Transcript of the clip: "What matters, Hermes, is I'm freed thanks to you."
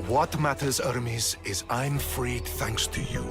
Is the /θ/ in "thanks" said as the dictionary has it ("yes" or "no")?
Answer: yes